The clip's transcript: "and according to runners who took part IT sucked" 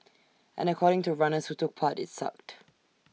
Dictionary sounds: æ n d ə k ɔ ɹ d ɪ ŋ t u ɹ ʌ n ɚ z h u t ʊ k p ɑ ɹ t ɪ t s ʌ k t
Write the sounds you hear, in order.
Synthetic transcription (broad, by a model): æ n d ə k ɔ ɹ d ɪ ŋ t u ɹ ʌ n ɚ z h u t ʊ k p ɑ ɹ t ɪ t s ʌ k t